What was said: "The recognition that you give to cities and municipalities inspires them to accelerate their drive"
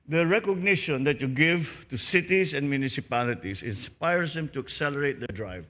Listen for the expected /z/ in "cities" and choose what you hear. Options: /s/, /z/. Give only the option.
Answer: /s/